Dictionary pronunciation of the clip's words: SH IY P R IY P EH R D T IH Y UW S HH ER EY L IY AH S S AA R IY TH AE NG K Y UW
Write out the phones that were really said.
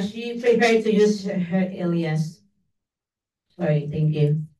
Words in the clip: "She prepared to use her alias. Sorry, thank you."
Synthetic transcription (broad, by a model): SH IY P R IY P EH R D T IH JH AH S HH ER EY L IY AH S S AA R IY TH AE NG K Y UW